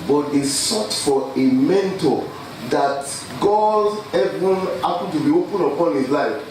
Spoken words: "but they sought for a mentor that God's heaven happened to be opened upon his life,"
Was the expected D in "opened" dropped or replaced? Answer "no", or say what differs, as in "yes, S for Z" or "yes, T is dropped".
yes, D is dropped